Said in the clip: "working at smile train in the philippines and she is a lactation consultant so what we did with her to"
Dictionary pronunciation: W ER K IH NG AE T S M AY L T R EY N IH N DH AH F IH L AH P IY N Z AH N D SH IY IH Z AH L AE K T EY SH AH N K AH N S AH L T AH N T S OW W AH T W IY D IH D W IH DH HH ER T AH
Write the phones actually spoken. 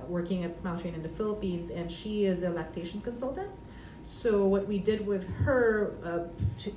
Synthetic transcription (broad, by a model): W ER K IH NG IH T S M AY L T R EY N IH N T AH F IH L AH P IY N Z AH N SH IY IH Z AH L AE K T EY SH N K AH N S AH L T AH N T S OW W AH T W IY D IH D W IH DH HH ER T